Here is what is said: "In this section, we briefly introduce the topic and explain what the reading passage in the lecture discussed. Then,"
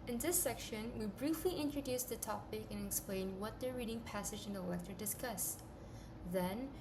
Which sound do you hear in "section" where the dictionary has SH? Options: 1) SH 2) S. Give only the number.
1